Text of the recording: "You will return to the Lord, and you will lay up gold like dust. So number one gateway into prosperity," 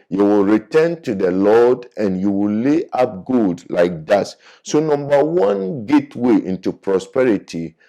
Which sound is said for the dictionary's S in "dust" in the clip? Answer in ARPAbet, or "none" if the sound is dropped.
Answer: none